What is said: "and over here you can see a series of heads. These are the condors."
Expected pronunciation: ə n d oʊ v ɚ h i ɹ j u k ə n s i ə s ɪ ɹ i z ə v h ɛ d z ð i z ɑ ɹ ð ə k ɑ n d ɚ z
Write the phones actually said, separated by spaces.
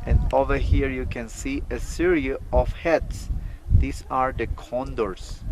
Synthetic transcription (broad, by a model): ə n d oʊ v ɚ h i ɹ j u k ə n s i ə s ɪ ɹ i ə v h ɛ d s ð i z ɑ ɹ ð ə k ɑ n d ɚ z